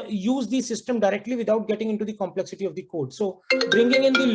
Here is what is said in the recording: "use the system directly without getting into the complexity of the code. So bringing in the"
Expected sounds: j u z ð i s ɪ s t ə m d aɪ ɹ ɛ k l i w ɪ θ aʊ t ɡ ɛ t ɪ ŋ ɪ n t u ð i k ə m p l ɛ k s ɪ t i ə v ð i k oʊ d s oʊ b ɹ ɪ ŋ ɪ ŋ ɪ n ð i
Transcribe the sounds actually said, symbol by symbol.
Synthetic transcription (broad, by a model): j u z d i s ɪ s t ə m d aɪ ɹ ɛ k l i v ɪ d aʊ t ɡ ɛ t ɪ ŋ ɪ n t u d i k ə m p l ɛ k s ɪ t i ə v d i k oʊ d s oʊ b ɹ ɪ ŋ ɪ ŋ ɪ n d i